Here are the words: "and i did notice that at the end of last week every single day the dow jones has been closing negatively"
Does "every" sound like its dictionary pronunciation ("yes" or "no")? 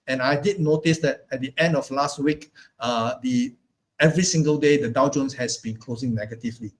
yes